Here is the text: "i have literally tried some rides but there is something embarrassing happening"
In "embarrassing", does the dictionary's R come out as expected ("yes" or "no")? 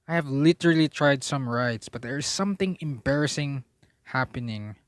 yes